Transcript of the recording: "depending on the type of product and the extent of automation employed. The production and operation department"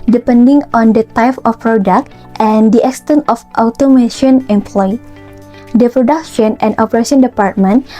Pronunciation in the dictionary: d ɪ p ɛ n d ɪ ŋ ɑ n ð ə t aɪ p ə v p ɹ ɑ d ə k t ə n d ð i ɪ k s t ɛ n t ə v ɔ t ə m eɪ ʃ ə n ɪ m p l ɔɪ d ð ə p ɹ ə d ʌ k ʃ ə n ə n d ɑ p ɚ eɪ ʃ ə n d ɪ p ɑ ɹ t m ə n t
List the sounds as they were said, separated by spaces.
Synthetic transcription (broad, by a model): d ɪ p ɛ n d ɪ ŋ ɑ n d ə t aɪ p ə f p ɹ ɑ d ə k t ə n d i ɪ k s t ɛ n t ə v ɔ t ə m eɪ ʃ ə n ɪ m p l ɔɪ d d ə p ɹ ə d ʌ k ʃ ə n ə n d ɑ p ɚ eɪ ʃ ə n d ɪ p ɑ ɹ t m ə n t